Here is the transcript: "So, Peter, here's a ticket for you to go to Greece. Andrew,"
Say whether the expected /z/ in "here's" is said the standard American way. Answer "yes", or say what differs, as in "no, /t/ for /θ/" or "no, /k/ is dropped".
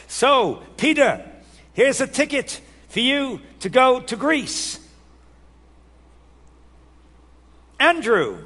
yes